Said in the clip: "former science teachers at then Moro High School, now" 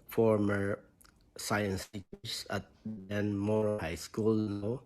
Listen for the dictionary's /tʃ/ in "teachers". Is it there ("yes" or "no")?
no